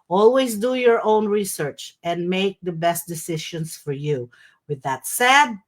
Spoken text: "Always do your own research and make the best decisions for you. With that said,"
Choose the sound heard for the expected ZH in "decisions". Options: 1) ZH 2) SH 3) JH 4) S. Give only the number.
2